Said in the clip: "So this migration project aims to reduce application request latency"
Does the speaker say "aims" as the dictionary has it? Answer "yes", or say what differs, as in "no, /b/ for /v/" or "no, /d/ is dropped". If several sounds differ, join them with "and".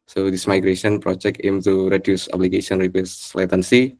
no, /z/ is dropped